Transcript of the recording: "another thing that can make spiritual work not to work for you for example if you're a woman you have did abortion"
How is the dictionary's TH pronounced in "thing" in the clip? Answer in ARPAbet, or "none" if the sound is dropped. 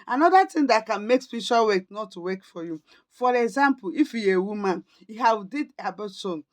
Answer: T